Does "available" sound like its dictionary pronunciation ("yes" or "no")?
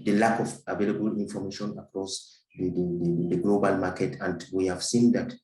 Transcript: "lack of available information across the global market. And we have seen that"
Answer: yes